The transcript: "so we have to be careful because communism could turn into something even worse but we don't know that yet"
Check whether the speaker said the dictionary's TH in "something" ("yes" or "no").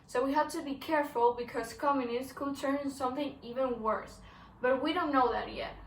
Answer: yes